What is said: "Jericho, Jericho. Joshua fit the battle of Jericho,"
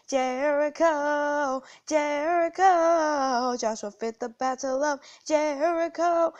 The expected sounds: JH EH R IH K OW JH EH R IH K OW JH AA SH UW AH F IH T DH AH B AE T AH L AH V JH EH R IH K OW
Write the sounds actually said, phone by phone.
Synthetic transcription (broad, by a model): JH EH R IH K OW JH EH R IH K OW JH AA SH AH F IH T DH AH B AE T AH L AH V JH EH R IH K OW